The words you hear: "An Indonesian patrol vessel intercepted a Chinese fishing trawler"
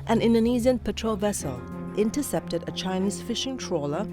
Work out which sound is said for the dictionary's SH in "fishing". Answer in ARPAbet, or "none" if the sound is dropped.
SH